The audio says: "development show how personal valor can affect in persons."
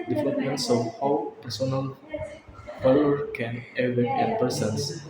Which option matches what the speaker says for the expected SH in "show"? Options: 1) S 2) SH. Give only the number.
1